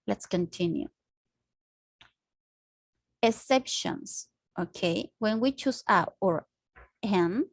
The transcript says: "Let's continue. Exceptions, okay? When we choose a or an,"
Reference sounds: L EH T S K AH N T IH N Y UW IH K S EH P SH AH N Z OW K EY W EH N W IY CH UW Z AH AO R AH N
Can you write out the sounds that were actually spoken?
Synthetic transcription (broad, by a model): L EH T S K AH N T IH N Y UW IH S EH P SH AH N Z OW K EY W EH N W IY CH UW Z AH AO R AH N